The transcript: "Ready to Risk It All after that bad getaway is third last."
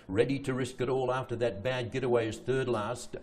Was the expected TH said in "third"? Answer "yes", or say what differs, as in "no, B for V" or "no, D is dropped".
yes